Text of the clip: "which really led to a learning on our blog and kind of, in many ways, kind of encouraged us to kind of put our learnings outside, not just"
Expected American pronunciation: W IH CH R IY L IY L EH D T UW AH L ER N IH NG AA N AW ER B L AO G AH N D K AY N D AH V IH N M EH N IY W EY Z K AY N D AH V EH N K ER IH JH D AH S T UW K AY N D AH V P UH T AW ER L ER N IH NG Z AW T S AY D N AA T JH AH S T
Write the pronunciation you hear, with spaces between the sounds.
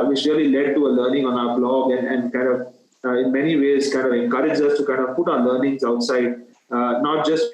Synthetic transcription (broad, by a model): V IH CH R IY L IY L EH D T UW AH L ER N IH NG AA N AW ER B L AO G AH N D K AY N D AH V IH N M EH N IY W EY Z K AY N D AH V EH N K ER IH JH AH S T UW K AY N D AH V P UH T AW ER L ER N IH NG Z AW T S AY D N AA T JH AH S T